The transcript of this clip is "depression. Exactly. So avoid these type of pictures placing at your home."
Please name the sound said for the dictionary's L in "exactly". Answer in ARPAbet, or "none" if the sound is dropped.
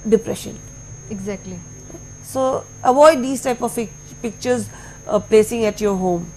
L